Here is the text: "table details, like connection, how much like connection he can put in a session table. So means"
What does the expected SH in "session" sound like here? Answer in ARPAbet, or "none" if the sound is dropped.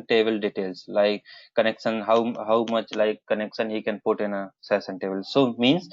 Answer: S